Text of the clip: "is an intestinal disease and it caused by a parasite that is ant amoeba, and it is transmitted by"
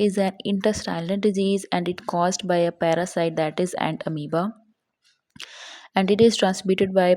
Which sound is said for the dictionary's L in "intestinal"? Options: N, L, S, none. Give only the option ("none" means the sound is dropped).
N